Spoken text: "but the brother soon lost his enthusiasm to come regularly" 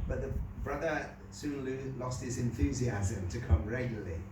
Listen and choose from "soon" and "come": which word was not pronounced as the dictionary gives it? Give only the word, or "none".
soon